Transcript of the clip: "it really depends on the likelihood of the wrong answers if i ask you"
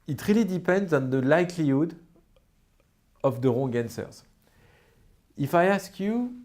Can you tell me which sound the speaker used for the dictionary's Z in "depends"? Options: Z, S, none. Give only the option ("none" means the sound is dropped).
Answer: Z